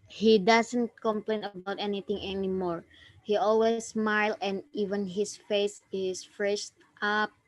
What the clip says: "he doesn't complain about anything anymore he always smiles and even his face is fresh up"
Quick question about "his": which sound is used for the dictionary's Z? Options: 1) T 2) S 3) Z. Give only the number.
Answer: 2